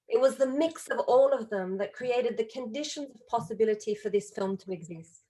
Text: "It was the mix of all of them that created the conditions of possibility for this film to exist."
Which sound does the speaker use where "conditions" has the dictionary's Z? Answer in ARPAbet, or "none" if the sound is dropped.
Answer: Z